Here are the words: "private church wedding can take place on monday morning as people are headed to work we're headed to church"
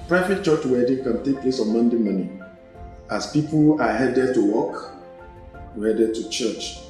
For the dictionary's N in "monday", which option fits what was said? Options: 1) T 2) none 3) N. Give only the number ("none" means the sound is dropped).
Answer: 3